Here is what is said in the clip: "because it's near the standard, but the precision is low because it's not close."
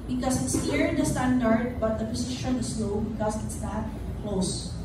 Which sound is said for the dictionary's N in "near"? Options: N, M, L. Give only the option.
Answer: L